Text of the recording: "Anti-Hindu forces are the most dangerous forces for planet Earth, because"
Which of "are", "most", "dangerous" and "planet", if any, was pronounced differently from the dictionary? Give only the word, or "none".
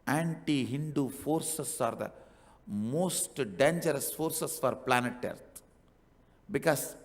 none